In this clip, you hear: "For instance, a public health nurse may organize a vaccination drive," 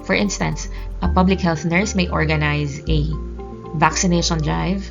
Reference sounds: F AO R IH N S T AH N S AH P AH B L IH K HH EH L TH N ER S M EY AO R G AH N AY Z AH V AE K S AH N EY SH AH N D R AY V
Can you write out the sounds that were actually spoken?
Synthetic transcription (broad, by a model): F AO R IH N S T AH N S AH P AH B L IH K HH EH L TH N ER S M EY AO R G AH N AY Z AH V AE K S AH N EY SH AH N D R AY V